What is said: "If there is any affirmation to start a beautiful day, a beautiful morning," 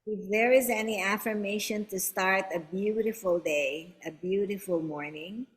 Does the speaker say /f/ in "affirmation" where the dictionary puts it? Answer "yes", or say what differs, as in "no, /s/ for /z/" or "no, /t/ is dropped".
yes